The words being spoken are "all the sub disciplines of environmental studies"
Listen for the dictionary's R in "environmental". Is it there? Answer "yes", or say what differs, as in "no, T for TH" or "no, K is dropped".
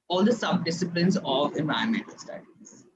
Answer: no, R is dropped